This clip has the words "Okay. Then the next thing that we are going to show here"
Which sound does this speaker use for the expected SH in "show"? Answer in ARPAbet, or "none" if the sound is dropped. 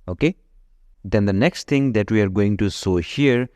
S